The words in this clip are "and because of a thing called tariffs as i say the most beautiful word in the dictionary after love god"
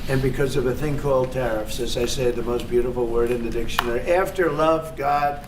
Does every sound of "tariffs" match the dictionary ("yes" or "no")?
yes